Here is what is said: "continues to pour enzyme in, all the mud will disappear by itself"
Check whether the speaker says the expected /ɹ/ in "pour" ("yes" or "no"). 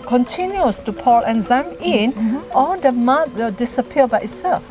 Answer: no